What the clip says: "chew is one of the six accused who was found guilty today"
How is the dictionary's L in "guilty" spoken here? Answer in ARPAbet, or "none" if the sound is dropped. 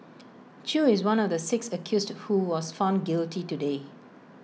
L